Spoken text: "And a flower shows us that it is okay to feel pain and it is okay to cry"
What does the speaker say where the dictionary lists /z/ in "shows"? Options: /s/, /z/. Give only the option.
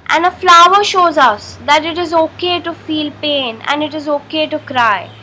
/z/